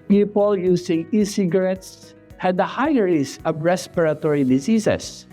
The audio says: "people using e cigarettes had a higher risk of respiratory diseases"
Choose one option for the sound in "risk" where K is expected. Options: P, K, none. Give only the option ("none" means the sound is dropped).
none